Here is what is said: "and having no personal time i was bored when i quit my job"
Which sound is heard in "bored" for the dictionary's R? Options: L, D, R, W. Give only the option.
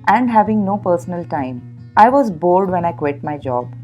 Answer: L